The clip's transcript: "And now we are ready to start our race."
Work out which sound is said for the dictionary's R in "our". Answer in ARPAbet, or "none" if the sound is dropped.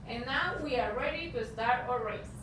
R